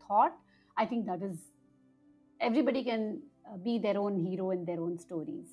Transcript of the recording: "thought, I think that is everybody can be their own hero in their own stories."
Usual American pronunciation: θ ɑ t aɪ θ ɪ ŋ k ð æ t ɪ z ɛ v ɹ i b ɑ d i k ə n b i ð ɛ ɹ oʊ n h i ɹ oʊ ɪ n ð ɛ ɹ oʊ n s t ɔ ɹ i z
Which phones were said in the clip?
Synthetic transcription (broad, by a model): ɑ t aɪ t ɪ ŋ k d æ t ɪ z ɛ v ɹ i b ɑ d i k ə n b i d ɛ ɹ oʊ n h i ɹ oʊ ɪ n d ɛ ɹ oʊ n s t ɔ ɹ i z